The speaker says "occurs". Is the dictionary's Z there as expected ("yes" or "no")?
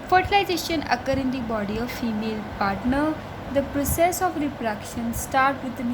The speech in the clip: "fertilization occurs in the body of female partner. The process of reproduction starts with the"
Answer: no